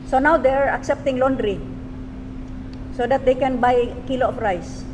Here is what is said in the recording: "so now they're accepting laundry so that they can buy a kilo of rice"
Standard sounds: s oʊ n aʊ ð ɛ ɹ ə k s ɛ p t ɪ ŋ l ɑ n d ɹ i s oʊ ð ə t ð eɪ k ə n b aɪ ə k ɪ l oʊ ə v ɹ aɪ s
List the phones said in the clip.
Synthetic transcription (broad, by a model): s oʊ n aʊ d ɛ ɹ ə k s ɛ p t ɪ ŋ l ɑ n d ɹ i s oʊ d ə t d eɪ k ə n b aɪ k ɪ l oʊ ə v ɹ aɪ s